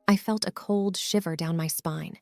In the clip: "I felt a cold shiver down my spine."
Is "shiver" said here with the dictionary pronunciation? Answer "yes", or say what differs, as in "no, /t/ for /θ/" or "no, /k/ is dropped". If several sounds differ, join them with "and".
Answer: yes